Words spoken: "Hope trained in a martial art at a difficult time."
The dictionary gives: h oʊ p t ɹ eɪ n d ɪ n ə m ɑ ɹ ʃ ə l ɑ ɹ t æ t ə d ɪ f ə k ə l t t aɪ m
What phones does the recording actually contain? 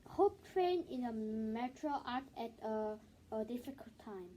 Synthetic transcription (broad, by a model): h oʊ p t ɹ eɪ n ɪ n ə m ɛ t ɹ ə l ɑ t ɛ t ə d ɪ f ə k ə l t t aɪ m